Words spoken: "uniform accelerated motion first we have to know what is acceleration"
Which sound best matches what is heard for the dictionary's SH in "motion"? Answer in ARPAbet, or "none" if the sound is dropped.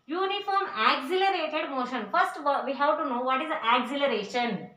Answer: SH